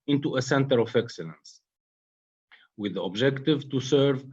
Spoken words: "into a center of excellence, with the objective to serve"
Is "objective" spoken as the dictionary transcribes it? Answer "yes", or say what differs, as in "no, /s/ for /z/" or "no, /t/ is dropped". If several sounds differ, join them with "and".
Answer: yes